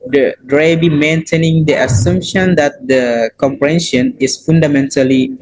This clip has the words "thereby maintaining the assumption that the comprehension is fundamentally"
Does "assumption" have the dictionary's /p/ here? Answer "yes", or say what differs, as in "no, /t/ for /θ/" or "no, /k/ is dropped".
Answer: yes